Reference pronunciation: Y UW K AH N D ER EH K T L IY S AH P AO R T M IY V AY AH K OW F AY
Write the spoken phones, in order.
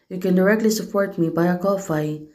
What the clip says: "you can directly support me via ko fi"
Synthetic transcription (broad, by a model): Y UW K AH N D ER EH K T L IY S AH P AO R T M IY B AY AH K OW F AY